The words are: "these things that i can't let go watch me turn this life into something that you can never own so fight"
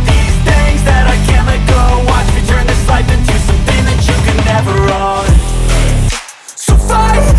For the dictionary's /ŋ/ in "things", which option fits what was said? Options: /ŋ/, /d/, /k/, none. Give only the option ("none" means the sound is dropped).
none